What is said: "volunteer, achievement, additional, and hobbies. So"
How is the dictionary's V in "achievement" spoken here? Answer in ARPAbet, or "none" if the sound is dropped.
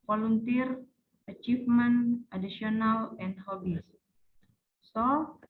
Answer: F